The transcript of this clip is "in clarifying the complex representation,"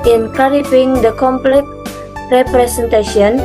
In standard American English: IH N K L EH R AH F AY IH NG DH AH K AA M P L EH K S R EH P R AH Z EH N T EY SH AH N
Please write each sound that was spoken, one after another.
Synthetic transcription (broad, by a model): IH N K EH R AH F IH NG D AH K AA M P L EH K R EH P R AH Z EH N T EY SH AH N